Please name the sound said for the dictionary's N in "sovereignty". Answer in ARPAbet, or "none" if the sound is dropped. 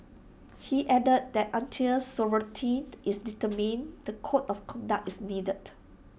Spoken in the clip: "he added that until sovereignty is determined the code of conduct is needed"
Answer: none